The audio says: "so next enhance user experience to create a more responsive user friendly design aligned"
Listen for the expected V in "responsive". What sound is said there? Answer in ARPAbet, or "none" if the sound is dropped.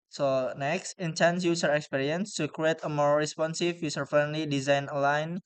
F